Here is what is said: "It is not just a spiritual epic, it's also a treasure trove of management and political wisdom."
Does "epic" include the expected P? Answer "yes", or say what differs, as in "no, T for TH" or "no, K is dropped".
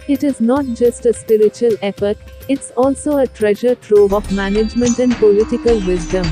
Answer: no, F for P